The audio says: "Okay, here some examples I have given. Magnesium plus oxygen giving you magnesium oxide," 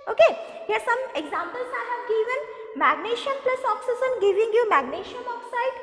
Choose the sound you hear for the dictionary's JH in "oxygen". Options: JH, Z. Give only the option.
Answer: Z